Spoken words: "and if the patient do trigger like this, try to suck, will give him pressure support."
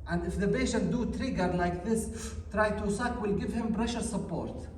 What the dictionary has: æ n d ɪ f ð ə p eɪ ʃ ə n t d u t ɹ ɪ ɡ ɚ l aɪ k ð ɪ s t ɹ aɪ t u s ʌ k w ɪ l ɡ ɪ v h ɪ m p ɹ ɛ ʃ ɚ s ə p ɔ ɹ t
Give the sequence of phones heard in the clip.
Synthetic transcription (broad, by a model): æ n d ɪ f ð ə b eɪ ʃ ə t d u t ɹ ɪ ɡ ɚ l aɪ k ð ɪ s t ɹ aɪ t u s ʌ k w ɪ l ɡ ɪ v h ɪ m b ɹ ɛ ʃ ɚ s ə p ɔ ɹ t